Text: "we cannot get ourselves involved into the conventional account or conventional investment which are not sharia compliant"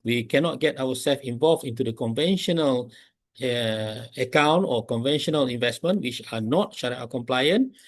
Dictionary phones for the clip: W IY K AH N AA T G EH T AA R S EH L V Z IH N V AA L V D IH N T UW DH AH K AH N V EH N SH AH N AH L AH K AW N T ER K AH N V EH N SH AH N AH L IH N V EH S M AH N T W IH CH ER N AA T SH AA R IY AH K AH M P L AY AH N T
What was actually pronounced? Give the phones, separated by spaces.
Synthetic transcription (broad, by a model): W IY K AH N AA T G EH T AA W S EH L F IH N V AA L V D IH N T UW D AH K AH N V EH N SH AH N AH L AH K AW N T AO K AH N V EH N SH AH N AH L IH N V EH S M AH N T W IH CH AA N AA T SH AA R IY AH K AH M P L AY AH N